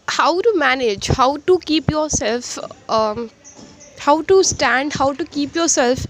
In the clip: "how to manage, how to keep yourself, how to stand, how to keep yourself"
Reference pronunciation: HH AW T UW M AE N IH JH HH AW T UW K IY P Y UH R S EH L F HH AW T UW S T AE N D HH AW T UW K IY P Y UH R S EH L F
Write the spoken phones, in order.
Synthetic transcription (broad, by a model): HH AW T UW M AE N IH JH HH AW T UW K IY P Y UH R S EH L F HH AW T UW S T AE N D HH AW T UW K IY P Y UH R S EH L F